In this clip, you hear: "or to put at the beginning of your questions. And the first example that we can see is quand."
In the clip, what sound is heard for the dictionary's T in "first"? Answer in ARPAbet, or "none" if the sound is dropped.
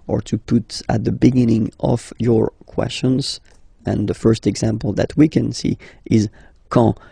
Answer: T